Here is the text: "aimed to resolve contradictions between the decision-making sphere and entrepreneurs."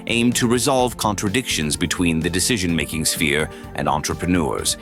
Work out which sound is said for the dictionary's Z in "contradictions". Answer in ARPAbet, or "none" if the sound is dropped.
Z